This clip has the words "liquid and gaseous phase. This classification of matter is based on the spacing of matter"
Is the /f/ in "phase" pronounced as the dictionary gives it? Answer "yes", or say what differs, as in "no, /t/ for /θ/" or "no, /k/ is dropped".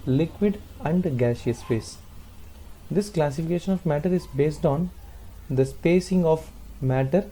no, /p/ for /f/